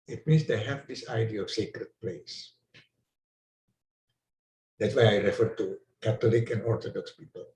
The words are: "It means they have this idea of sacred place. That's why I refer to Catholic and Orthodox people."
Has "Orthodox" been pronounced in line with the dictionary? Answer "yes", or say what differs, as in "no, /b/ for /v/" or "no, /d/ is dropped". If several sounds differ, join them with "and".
no, /t/ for /θ/